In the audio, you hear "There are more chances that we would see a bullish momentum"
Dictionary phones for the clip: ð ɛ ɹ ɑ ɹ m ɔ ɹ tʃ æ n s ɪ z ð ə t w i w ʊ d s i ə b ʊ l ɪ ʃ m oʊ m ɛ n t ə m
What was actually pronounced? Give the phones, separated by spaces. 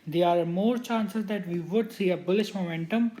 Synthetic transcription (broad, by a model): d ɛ ɑ ɹ m ɔ ɹ tʃ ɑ n s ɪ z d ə t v i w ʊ d s i ə b ʊ l ɪ ʃ m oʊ m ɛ n t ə m